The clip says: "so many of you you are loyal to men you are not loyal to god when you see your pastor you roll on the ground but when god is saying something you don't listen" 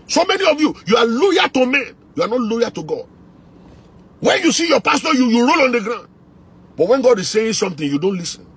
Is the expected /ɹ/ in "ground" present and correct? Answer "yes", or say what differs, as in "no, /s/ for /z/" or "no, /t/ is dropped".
yes